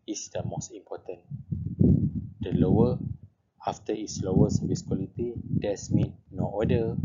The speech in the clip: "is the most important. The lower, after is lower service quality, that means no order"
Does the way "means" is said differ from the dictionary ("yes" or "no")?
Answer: yes